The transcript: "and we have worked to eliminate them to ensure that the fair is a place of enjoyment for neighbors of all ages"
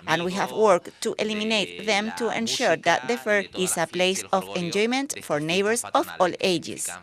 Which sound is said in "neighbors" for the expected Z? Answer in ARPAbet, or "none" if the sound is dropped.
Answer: S